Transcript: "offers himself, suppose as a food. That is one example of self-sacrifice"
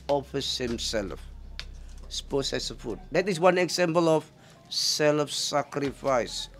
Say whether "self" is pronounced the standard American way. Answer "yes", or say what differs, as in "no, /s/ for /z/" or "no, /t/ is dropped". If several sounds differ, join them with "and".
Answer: yes